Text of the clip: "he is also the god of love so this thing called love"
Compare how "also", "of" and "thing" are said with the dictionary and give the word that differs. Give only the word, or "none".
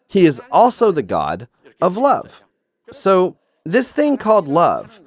none